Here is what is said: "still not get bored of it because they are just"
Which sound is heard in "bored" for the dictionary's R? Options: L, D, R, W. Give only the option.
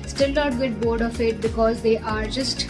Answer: R